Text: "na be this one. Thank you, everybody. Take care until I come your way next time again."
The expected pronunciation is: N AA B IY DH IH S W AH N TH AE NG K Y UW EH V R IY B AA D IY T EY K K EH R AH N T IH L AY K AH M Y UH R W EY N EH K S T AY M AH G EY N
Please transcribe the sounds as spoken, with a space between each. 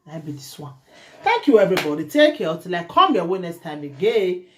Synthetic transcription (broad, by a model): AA B IY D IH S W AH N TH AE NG K Y UW EH V R IY B AA D IY T EY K K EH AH T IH L AY K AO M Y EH W EY N EH K S T AY M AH G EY